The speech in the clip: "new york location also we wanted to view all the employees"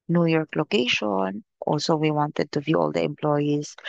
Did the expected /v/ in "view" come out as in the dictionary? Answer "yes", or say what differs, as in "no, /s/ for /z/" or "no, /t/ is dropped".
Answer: yes